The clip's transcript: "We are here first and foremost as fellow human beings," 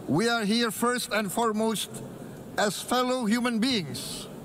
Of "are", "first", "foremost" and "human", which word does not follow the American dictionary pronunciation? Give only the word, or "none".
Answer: none